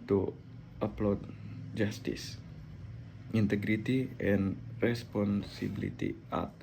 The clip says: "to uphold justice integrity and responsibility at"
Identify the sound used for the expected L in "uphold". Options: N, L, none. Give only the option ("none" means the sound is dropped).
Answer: none